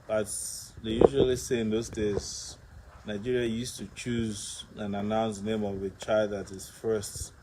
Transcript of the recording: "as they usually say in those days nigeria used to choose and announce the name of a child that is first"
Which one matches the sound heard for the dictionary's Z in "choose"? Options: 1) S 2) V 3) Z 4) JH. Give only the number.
3